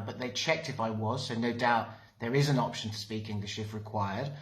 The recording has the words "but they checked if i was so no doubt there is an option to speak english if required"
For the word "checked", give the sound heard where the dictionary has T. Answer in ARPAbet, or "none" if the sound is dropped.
T